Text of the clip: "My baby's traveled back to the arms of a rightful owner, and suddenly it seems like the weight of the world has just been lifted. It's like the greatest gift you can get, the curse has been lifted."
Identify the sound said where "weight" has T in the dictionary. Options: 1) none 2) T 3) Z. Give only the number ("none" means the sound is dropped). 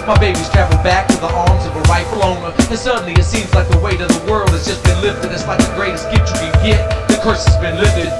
2